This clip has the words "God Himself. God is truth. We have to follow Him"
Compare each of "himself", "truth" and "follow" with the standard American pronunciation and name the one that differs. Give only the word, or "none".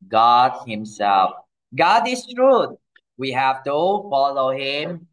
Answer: truth